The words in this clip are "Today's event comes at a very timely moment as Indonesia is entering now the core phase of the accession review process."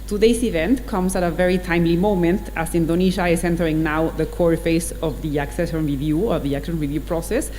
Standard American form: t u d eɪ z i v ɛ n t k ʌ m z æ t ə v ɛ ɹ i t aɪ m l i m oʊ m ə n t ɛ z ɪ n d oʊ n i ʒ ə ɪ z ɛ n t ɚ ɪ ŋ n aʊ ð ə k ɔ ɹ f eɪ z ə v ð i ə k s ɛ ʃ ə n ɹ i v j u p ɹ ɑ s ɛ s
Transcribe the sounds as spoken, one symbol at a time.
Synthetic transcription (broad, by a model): t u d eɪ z i v ɛ n t k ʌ m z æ t ə v ɛ ɹ i t aɪ m l i m oʊ m ə n t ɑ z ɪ n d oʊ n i ʃ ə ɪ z ɛ n t ɚ ɪ ŋ n aʊ ð ə k ɔ ɹ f eɪ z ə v ð i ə k s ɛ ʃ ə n ɹ i v j u p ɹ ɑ s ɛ s